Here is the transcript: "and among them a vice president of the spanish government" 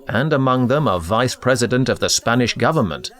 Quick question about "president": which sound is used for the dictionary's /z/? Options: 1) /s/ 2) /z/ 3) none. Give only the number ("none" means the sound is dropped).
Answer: 2